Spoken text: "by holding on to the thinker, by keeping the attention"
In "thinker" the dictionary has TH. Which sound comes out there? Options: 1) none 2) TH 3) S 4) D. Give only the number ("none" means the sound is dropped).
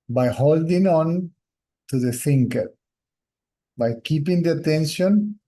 3